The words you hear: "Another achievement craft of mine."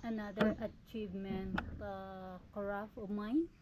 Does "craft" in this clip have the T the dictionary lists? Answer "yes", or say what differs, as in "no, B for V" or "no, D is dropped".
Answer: no, T is dropped